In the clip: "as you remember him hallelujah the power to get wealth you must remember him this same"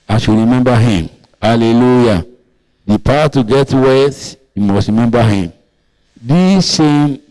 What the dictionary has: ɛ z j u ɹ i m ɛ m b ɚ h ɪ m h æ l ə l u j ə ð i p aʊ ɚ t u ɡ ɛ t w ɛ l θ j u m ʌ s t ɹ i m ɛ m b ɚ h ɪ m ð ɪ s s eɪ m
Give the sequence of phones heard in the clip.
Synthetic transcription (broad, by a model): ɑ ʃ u ɹ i m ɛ m b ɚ h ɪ m h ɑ l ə l u j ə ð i p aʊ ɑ t u ɡ ɛ t w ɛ θ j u m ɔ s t ɹ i m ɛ m b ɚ h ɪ m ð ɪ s s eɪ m